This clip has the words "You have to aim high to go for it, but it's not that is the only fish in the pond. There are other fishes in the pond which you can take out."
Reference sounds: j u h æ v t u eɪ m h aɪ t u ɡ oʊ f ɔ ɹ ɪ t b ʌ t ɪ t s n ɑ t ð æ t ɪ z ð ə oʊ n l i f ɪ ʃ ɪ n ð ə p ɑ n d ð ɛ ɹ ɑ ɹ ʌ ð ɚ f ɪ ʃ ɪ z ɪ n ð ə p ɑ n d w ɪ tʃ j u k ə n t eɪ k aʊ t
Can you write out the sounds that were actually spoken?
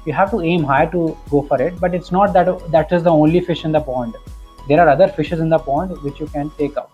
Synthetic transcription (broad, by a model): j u h æ v t u eɪ m h aɪ t u ɡ oʊ f ɔ ɹ ɪ t b ʌ t ɪ t s n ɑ t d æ t ɪ z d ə oʊ n l i f ɪ ʃ ɪ n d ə p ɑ n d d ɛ ɹ ɑ ɹ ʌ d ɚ f ɪ ʃ ɪ z ɪ n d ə p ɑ n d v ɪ tʃ j u k ə n t eɪ k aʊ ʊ